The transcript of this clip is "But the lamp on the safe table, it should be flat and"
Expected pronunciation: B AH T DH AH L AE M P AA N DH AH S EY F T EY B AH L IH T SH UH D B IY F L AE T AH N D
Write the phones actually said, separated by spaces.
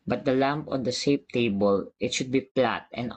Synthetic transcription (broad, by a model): B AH T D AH L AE M P AA N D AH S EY P T EY B AH L IH T SH UH D B IY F L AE T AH N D